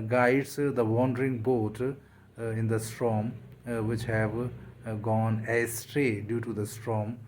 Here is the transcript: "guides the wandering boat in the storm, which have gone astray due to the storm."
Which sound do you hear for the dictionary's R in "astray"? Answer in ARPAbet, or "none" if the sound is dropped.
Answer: R